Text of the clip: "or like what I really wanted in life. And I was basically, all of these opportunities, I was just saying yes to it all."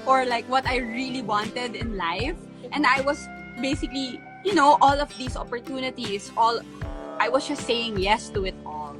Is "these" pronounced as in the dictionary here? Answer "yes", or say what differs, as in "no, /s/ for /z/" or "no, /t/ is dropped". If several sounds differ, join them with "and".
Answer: no, /s/ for /z/